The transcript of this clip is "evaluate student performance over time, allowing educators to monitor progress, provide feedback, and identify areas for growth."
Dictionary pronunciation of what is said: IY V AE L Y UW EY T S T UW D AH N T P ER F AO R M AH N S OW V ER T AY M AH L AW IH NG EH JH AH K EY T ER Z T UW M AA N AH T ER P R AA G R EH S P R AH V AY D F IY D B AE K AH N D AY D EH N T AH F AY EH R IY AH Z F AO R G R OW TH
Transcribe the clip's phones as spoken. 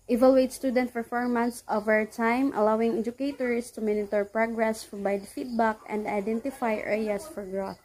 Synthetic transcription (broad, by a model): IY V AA L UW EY T S T UW D AH N T P ER F AO R M AH N S OW V ER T AY M AH L AW IH NG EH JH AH K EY T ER S T UW M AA N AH T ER P R AA G R EH S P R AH B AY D F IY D B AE K AH N D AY D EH N T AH F AY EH R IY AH S F AO R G R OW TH